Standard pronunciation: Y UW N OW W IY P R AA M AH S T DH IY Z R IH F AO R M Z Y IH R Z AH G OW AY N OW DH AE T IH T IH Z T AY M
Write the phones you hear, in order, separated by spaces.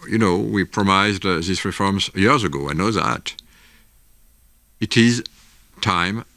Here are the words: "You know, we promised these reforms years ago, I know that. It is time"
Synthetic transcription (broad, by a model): Y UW N OW W IY P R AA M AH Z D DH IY S R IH F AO R M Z Y IH R Z AH G OW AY N OW DH AE T IH T IH Z T AY M